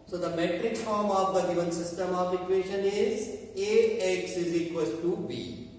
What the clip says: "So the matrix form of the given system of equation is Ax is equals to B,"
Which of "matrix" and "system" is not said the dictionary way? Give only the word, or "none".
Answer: matrix